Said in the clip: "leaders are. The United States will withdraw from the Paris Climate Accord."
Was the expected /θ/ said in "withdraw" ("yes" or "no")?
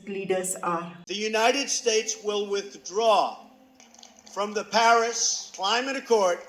yes